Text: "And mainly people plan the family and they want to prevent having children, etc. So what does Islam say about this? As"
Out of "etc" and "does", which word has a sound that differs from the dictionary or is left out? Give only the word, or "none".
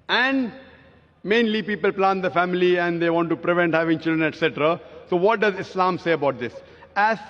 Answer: none